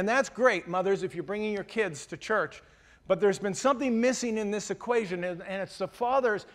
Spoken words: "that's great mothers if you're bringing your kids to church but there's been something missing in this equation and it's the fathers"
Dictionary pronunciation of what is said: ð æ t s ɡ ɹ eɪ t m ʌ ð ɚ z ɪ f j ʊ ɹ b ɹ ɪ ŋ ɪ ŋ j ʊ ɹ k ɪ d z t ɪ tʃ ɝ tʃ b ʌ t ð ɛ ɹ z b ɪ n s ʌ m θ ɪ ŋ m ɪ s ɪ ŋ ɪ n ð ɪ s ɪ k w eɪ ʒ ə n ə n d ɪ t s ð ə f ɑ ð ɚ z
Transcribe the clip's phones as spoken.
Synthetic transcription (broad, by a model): ð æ t s ɡ ɹ eɪ t m ʌ ð ɚ z ɪ f j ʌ ɹ b ɹ ɪ ŋ ɪ ŋ j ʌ ɹ k ɪ d z t ɪ tʃ ɝ tʃ b ʌ t ð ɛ ɹ z b ɪ n s ʌ m θ ɪ ŋ m ɪ s ɪ ŋ ɪ n ð ɪ s ɪ k w eɪ ʒ ə n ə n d ɪ t s ð ə f ɑ ð ɚ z